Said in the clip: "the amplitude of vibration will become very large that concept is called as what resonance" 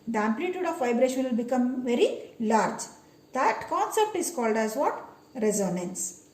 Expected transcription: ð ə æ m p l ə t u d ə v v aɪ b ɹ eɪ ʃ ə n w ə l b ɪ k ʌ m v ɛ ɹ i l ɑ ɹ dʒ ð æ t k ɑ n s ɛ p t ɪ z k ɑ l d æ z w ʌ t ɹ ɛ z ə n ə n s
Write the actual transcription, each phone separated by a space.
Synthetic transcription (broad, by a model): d æ m p l ə t u d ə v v aɪ b ɹ eɪ ʃ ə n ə l b ɪ k ʌ m v ɛ ɹ i l ɑ ɹ dʒ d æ t k ɑ n s ɛ p t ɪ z k ɑ l d æ z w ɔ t ɹ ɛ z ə n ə n s